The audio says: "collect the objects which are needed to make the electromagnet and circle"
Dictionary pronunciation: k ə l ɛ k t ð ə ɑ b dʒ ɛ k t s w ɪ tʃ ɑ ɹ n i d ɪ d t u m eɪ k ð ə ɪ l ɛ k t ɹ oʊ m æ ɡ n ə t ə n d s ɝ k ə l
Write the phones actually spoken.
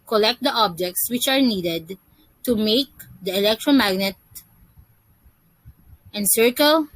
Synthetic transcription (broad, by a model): k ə l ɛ k t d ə ɑ b dʒ ɛ k t s w ɪ tʃ ɑ ɹ n i d ɪ d t u m eɪ k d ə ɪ l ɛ k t ɹ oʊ m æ ɡ n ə t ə n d s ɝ k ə l